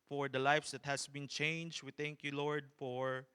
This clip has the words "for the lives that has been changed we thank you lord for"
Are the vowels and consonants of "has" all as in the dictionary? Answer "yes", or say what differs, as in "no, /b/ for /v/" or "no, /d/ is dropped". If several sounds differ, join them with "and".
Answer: no, /s/ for /z/